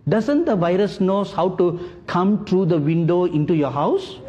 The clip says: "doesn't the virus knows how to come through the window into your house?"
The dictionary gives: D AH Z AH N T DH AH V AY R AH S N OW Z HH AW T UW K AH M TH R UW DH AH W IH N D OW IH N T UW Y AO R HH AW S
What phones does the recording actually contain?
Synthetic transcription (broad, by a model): D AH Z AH N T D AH V AY R AH S N OW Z HH AW T UW K AH M T R UW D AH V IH N D OW IH N T UW Y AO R HH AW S